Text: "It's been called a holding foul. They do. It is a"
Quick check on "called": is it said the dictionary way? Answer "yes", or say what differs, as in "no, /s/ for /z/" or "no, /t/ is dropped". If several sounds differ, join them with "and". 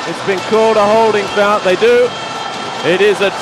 yes